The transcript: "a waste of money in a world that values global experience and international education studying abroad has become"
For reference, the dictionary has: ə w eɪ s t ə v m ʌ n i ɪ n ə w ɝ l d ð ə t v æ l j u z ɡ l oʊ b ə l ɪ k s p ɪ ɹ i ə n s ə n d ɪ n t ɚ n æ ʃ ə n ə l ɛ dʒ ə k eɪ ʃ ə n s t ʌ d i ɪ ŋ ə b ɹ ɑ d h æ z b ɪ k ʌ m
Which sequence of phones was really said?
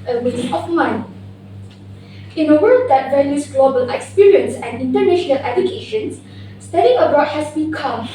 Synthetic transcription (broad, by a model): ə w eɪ t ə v m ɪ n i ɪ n ə w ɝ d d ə t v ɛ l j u s ɡ l oʊ b ə l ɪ k s p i ɹ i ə n s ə n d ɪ n t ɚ n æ ʃ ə n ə l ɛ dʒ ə k eɪ ʃ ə n s t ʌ d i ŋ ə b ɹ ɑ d h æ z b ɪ k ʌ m